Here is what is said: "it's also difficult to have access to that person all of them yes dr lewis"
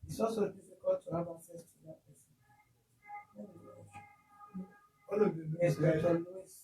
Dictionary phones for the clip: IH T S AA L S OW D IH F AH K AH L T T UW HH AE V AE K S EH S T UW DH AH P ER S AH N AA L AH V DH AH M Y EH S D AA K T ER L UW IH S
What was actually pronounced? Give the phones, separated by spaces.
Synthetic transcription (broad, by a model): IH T S AA L S OW D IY F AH K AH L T T UW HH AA V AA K S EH S T UW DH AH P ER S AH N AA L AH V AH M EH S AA T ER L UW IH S